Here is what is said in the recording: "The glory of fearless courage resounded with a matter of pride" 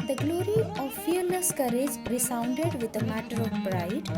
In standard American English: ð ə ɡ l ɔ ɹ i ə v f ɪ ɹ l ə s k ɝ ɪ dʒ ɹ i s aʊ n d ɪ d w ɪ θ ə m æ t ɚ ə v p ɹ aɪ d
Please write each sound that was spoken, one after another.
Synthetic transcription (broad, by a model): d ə ɡ l ɔ ɹ i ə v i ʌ ɹ n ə s k ɝ ɪ dʒ ɹ i s aʊ n d ɪ d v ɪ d ə m æ t ɚ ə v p ɹ aɪ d